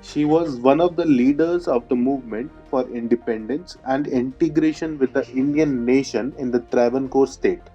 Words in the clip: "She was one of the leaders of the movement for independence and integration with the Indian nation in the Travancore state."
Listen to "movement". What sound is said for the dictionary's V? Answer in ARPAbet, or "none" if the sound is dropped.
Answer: V